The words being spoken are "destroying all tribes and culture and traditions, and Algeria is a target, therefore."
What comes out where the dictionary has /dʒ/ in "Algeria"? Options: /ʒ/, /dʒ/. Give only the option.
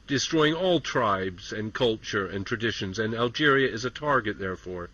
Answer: /dʒ/